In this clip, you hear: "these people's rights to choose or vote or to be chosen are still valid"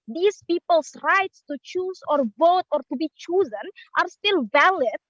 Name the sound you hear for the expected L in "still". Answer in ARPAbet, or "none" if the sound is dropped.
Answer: L